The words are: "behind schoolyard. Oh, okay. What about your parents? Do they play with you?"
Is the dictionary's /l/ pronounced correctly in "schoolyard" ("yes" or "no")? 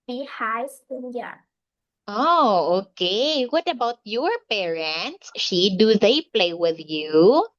no